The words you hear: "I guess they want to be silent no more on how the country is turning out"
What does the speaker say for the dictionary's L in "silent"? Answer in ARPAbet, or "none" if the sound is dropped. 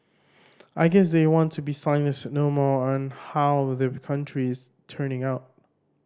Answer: N